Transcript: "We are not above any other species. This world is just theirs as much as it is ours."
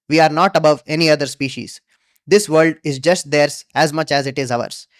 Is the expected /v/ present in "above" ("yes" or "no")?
yes